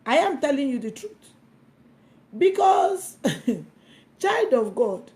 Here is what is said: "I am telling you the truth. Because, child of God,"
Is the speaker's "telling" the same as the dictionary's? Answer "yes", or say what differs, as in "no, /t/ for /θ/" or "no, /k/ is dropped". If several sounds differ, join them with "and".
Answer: yes